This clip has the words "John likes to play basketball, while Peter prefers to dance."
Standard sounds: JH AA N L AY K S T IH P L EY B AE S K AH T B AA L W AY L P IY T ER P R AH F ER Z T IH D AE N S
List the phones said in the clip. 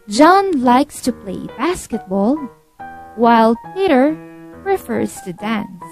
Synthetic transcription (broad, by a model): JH AA N L AY K S T IH P L EY B AE S K AH T B AA L W AY L P IY T ER P R AH F ER Z T IH D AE N S